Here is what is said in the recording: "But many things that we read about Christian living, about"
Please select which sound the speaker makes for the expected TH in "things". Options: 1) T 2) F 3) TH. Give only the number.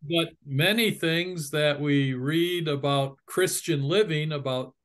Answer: 3